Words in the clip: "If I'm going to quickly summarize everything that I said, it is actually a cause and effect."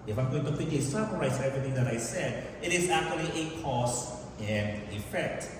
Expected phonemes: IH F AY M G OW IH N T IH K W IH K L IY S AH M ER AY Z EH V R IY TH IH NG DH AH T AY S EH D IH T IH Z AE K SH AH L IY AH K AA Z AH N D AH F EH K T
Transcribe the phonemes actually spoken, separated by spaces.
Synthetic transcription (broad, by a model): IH F AY M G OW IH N T IH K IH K IY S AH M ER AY S EH V R IY TH IH NG DH AH T AY S EH D IH T IH Z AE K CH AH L IY AH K AA S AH N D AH F EH K T